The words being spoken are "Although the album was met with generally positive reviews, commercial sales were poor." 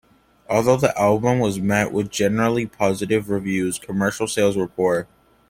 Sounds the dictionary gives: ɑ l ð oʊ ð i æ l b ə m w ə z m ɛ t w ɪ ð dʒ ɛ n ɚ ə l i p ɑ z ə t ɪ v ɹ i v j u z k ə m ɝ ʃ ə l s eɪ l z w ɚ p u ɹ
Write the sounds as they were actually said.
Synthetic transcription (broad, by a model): ɑ l ð oʊ ð i æ l b ə m w ə z m ɛ t w ɪ ð dʒ ɛ n ɚ l i p ɑ z ə t ɪ v ɹ i v j u z k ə m ɝ ʃ l s eɪ l z w ɚ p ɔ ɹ